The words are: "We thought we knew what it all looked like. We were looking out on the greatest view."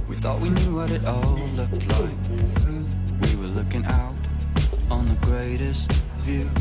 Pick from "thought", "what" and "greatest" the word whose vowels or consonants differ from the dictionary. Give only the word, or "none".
none